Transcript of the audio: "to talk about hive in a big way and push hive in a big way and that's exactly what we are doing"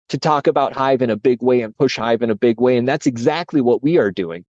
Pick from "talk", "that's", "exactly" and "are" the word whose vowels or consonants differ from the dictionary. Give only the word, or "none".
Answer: none